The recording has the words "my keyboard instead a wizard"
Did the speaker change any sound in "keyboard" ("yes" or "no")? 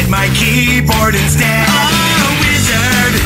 no